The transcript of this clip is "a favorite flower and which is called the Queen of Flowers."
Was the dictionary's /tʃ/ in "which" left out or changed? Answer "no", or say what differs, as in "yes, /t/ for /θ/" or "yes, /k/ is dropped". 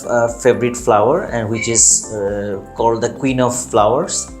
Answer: no